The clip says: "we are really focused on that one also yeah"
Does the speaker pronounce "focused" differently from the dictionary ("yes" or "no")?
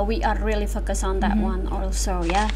yes